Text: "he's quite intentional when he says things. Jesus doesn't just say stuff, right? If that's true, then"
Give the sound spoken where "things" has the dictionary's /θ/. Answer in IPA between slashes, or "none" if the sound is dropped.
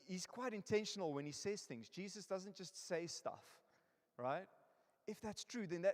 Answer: /θ/